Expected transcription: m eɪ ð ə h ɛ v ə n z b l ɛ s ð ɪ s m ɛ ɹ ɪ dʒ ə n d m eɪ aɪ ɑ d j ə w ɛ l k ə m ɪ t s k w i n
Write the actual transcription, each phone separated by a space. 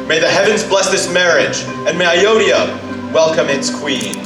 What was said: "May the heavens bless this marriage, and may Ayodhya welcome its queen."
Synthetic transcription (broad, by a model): m eɪ ð ə h ɛ v ə n z b l ɛ s ð ɪ s m ɛ ɹ ɪ dʒ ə n m eɪ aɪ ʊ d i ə w ɛ l k ə m ɪ t s k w i n